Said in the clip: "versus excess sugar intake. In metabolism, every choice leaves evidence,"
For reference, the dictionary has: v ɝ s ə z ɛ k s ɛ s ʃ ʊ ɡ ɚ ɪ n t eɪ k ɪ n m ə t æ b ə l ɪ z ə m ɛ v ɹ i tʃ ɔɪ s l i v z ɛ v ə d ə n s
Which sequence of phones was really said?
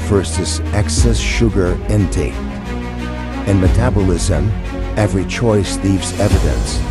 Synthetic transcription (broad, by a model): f ɝ s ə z ɛ k s ɛ s ʃ ʊ ɡ ɚ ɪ n t eɪ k ɪ n m ə t æ b ə l ɪ z ə m ɛ v ɹ i tʃ ɔɪ s l i v z ɛ v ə d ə n s